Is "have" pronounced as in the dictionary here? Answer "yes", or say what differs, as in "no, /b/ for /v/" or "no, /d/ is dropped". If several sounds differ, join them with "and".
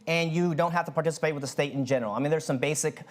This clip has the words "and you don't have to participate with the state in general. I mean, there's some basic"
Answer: no, /f/ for /v/